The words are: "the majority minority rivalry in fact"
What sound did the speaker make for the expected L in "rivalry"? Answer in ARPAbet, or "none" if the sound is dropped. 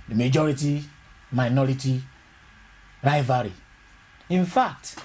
none